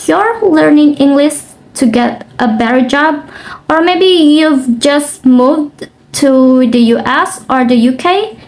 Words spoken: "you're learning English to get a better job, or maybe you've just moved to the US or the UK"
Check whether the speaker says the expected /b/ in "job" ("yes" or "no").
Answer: yes